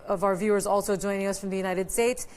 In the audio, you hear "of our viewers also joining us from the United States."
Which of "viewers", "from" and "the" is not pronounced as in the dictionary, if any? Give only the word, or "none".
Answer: none